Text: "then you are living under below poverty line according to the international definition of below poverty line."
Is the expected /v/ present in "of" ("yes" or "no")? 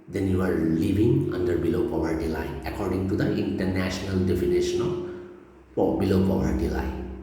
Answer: no